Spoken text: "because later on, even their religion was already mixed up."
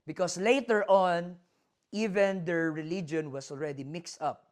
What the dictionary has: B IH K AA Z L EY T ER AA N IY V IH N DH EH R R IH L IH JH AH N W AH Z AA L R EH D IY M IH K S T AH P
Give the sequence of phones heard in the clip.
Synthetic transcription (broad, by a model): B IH K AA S L EY T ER AA N IY V IH N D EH R R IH L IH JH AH N W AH S AA L R EH D IY M IH K S T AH P